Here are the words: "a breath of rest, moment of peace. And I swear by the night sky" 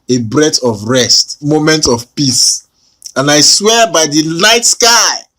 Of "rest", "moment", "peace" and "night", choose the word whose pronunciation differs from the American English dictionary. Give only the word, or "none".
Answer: night